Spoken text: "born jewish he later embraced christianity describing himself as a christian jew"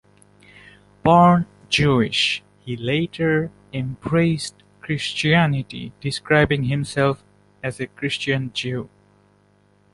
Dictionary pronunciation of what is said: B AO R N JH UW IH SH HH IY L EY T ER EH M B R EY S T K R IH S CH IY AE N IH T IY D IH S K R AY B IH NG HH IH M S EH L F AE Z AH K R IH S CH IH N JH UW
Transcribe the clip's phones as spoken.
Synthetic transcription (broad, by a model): B AO R N JH UW IH SH HH IY L EY T ER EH M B R EY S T K R IH S CH IY AE N IH T IY D IH S K R AY B IH NG HH IH M S EH L F AE Z AH K R IH S CH IH N JH UW